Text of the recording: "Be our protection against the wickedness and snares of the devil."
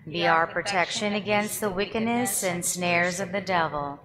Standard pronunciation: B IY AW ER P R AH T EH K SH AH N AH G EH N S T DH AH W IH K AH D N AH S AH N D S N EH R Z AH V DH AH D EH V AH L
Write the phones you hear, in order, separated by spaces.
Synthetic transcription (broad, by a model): B IY AW ER P R AH T EH K SH AH N AH G EH N S T DH AH W IH K AH D N AH S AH N S N EH R Z AH V DH AH D EH V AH L